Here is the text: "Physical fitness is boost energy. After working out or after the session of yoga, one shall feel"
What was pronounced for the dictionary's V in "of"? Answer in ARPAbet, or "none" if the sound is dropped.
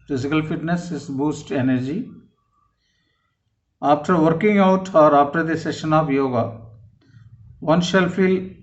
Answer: P